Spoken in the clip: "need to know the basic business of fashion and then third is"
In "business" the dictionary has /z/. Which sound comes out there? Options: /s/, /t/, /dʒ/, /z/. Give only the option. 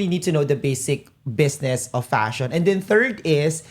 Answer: /s/